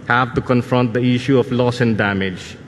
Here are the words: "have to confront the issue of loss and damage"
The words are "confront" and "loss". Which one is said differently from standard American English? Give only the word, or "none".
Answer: none